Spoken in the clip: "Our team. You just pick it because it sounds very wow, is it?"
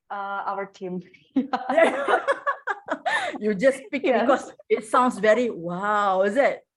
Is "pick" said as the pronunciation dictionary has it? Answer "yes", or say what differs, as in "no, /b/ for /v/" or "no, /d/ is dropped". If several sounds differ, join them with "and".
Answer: yes